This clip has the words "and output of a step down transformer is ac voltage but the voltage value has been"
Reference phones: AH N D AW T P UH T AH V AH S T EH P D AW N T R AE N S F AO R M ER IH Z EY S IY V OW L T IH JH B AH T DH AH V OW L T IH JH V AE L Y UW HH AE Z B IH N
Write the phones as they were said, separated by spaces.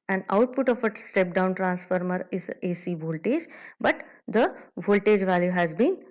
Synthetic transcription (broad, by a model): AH N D AW T P UH T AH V AH S T EH P D AW N T R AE N S F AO R M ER IH Z EY S IY V OW L T IH JH B AH T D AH V OW L T IH JH V AE L Y UW HH AE Z B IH N